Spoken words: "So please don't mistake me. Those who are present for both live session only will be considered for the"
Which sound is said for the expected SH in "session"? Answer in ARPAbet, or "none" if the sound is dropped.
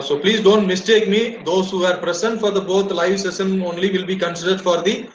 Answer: S